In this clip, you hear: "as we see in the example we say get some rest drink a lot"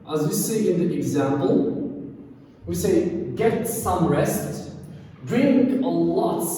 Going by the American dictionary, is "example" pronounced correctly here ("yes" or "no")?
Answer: yes